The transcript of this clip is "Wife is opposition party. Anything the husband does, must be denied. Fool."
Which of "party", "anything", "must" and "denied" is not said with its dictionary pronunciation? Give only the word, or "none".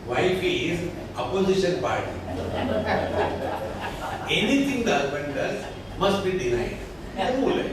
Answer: anything